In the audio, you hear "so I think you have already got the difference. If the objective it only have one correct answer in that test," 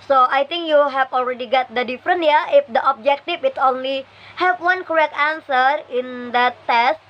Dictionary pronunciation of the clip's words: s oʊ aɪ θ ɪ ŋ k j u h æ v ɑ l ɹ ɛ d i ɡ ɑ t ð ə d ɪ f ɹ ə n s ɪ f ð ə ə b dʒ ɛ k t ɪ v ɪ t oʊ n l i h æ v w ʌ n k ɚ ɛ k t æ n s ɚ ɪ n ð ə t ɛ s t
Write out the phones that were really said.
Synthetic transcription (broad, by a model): s oʊ aɪ t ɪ ŋ k j u h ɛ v ɑ l ɹ ɛ d i ɡ ɑ t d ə d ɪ f ɹ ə n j ɪ f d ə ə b dʒ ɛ k t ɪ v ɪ t oʊ n l i h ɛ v w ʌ n k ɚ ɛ k t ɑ n s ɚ ɪ n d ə t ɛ s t